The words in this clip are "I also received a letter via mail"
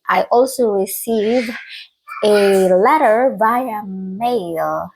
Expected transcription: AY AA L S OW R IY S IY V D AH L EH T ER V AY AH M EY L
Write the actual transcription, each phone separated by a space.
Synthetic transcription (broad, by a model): AY AA L S OW R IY S IY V AH L EH T ER B AY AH M EY L